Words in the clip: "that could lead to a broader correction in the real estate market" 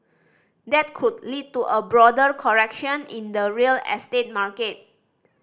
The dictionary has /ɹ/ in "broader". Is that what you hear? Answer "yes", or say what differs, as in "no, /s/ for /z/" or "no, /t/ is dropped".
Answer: yes